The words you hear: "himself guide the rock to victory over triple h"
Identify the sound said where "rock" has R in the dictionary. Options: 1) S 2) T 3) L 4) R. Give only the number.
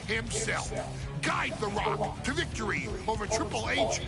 4